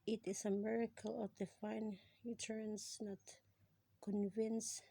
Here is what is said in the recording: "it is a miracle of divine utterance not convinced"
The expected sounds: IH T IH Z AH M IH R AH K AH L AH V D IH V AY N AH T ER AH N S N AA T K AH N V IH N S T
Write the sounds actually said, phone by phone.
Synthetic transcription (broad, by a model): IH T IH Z AH M IH R AH K AH L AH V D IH F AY N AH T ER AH N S N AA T K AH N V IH N S